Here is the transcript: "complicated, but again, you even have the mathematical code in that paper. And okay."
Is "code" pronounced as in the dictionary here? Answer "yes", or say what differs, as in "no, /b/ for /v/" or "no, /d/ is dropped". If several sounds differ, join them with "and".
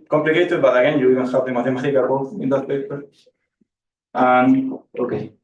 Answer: no, /d/ is dropped